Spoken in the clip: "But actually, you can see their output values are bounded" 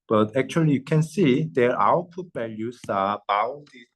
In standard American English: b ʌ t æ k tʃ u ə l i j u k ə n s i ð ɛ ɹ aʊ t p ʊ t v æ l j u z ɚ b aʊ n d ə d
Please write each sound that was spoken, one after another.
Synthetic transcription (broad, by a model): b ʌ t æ k tʃ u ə l i j u k ə n s i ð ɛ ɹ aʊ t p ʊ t b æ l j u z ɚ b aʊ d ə